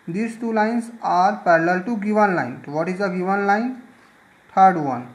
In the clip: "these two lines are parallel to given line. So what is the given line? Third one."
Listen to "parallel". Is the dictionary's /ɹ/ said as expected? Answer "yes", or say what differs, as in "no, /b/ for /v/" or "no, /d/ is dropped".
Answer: yes